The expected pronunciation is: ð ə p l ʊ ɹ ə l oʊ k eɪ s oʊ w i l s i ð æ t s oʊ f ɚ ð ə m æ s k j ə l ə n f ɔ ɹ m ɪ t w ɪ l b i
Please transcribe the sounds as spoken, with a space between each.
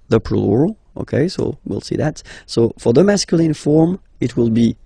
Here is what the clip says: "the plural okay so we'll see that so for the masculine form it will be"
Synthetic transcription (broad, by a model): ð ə p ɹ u l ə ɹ oʊ k eɪ s oʊ w i l s i ð æ t s oʊ f ɚ ð ə m æ s k j ə l ə n f ɔ ɹ m ɪ t w ɪ l b i